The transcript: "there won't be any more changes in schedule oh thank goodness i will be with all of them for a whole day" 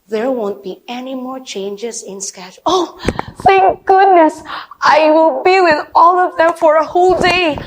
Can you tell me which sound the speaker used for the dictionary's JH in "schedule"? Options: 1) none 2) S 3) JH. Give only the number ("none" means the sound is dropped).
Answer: 1